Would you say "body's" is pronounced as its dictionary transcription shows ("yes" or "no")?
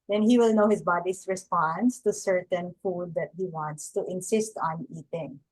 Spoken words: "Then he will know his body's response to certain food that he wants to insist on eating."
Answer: no